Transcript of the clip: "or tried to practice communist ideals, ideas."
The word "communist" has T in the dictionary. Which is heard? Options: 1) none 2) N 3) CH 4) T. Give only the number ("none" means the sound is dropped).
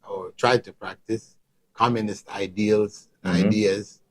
4